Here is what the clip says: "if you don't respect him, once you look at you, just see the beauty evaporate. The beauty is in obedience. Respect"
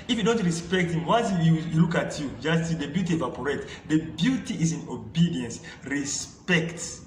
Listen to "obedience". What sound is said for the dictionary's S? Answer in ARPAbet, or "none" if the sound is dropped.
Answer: S